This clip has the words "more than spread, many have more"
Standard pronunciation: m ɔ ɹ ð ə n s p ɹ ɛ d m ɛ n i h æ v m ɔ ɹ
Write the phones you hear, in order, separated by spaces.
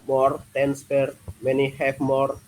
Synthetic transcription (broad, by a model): m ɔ ɹ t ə n s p ɛ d m ɛ n i h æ p m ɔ ɹ